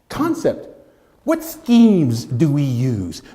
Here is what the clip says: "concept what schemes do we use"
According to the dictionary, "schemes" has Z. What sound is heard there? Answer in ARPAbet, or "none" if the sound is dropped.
Z